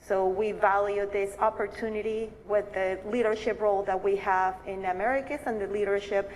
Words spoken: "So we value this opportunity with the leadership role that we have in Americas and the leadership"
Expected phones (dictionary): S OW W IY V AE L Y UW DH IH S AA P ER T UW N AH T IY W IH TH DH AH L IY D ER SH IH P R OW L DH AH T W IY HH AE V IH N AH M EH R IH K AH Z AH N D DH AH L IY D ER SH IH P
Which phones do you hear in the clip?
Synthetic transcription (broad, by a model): S OW W IY V AE L Y UW DH IH S AA P ER T UW N AH T IY W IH DH AH L IY D ER SH IH P R OW L DH AH T W IY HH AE V IH N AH M EH R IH K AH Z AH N DH AH L IY D ER SH IH P